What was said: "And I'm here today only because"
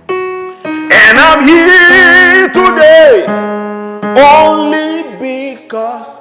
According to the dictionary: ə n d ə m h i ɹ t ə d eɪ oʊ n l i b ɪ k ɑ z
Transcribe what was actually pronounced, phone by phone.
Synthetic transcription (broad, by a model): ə n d ə m h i t ə d eɪ oʊ n l i b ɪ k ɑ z